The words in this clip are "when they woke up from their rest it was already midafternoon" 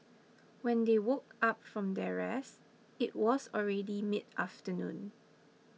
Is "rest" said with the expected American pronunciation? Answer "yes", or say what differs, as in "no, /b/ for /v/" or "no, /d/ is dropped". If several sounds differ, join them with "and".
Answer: no, /t/ is dropped